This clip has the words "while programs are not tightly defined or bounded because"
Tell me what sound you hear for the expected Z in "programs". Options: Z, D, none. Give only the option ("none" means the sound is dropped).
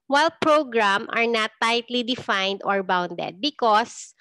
none